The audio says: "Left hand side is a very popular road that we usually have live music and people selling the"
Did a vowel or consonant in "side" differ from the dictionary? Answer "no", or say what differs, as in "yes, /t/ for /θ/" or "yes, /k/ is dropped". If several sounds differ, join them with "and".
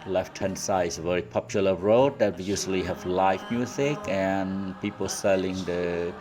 yes, /d/ is dropped